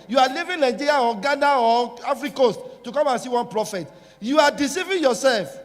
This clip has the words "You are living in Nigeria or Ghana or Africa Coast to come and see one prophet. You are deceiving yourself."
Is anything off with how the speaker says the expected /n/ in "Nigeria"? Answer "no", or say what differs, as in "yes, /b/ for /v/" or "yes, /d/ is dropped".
yes, /l/ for /n/